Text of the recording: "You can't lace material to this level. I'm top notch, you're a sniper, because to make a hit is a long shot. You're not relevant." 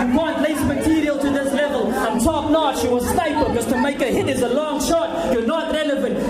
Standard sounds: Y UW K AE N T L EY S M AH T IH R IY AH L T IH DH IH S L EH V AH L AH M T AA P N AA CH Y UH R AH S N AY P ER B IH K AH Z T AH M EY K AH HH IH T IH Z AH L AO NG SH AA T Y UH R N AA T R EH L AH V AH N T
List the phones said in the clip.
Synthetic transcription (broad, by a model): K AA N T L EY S M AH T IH R IY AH L T IH DH IH S L EH V AH L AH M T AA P N AA CH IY W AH S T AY IH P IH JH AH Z T AH M EY K AH HH IH T IH Z AH L AO NG SH AA T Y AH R N AA T R EH L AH V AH N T